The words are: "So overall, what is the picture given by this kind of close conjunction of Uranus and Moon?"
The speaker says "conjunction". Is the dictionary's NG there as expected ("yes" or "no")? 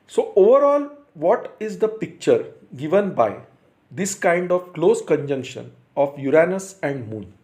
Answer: yes